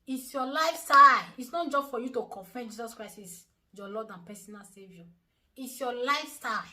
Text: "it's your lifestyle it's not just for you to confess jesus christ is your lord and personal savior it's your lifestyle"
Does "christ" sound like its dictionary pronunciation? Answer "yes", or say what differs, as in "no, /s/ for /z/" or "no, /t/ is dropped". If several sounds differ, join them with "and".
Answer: no, /t/ is dropped